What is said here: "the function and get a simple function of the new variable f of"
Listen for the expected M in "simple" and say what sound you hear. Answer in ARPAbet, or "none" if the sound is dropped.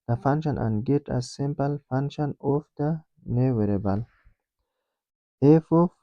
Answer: M